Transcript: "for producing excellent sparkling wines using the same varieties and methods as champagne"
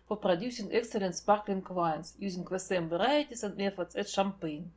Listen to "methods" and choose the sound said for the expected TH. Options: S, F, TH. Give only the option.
F